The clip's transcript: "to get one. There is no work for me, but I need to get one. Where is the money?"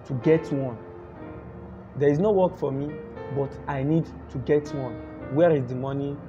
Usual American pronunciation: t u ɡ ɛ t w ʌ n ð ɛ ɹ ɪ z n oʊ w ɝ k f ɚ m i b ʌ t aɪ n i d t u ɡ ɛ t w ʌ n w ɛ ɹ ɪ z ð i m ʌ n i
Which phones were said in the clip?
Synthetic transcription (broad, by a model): t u ɡ ɛ t w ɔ n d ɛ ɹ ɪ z n oʊ w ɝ k f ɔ m i b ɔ t aɪ n i d t u ɡ ɛ t w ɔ n w ɛ ɹ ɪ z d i m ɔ n i